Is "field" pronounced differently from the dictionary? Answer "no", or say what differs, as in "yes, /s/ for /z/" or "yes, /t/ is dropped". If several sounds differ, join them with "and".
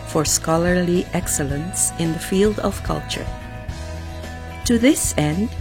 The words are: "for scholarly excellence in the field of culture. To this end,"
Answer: no